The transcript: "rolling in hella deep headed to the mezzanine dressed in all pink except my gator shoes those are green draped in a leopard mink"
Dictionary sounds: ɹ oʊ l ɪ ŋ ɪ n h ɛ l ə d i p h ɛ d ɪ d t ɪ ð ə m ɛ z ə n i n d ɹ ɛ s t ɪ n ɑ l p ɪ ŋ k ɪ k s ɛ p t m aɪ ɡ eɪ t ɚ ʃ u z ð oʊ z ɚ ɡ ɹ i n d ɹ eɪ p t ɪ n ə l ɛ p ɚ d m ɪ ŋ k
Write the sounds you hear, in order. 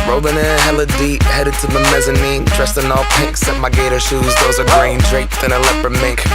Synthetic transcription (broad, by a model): ɹ oʊ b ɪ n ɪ h ɛ l ə d i p h ɛ d ɪ d t ɪ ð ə m ɛ z ə n i n d ɹ ɛ s t ɪ n ɑ l p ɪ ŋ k k s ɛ t m aɪ ɡ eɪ t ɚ ʃ u z ð oʊ z ɚ ɡ ɹ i n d ɹ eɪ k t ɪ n ə l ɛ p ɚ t m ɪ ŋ k